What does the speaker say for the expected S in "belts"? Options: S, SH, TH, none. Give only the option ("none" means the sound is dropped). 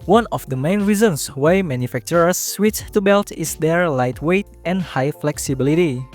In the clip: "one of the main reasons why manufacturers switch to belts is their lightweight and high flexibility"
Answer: none